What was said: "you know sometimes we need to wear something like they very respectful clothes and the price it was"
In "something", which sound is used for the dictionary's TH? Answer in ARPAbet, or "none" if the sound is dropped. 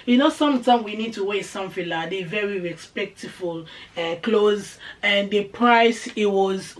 F